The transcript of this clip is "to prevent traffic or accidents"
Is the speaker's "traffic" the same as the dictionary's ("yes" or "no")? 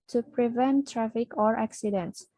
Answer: yes